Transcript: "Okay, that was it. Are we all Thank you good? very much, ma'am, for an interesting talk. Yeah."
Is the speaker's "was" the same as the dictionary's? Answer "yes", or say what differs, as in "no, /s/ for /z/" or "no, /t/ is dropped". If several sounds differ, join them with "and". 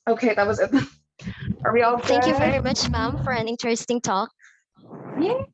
yes